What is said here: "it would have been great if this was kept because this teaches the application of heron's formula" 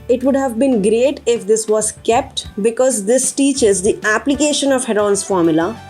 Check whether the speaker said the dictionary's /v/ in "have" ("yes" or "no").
yes